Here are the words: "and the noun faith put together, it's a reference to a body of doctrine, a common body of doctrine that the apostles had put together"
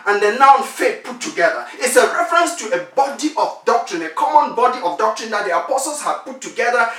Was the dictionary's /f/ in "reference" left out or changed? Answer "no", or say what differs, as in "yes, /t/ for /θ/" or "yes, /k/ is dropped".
no